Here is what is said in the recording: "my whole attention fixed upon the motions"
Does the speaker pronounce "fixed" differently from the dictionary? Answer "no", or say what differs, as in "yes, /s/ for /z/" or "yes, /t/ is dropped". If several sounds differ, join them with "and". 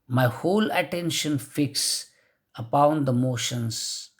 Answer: yes, /t/ is dropped